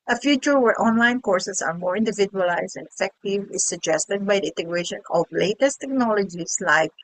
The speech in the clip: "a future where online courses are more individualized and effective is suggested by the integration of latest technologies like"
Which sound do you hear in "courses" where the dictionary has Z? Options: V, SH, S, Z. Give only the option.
S